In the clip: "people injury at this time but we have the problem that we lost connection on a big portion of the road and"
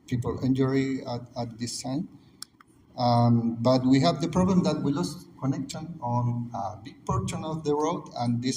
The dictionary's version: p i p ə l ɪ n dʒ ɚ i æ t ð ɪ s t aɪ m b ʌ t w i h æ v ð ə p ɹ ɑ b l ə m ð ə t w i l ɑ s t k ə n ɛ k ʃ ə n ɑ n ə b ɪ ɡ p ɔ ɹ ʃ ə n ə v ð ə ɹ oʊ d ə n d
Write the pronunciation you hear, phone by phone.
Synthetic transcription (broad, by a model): p i p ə l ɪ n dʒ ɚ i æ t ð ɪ s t aɪ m b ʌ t w i h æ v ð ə p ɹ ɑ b l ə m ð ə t w i l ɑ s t k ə n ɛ k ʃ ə n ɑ n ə b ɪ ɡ p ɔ ɹ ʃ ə n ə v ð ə w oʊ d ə n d